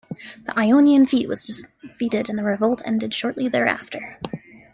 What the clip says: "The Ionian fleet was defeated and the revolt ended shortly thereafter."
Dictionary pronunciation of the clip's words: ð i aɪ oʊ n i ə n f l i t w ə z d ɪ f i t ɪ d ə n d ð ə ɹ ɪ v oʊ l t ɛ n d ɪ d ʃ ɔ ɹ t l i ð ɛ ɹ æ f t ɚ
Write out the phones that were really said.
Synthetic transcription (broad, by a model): ð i aɪ oʊ n i ə n f i t w ə z d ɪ f i t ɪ d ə n ð ə ɹ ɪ v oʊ l t ɛ n d ɪ d ʃ ɔ ɹ t l i ð ɛ ɹ æ f t ɚ